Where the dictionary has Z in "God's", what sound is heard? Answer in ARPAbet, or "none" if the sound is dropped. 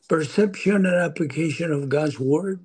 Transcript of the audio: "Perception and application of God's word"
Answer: Z